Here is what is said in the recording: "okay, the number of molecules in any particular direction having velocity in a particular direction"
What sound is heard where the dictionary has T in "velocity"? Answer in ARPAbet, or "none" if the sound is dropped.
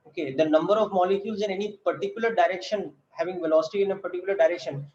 T